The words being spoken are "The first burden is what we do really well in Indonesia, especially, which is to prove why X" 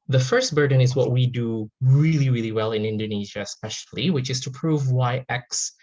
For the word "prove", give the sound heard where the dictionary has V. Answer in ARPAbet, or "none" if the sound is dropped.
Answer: V